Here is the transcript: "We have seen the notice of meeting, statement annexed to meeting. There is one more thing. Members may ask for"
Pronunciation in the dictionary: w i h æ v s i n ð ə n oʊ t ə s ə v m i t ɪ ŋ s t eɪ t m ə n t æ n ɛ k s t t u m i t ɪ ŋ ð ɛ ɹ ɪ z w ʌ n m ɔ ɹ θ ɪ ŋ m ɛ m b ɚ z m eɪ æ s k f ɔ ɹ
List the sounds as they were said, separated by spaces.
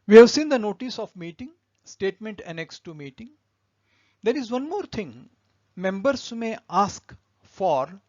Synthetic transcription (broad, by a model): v i h æ v s i n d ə n oʊ t ə s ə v m i t ɪ ŋ s t eɪ t m ə n t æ n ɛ k s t t u m i t ɪ ŋ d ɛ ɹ ɪ z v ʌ n m ɔ ɹ t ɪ ŋ m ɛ m b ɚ s m eɪ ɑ s k f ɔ ɹ